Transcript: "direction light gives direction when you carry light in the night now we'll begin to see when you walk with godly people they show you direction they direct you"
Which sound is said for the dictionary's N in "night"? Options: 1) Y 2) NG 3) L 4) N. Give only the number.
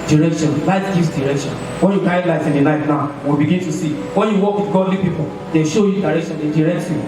3